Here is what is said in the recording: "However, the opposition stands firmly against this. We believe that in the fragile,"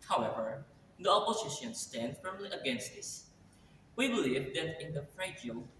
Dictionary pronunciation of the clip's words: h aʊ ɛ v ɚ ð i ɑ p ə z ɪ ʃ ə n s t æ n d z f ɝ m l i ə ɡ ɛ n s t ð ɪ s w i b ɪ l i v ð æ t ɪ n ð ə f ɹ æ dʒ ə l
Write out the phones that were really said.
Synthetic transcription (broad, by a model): h aʊ ɛ v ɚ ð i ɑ p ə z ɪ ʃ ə n s t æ n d f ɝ m l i ə ɡ ɛ n s t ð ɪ s w i b ɪ l i v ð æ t ɪ n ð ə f ɹ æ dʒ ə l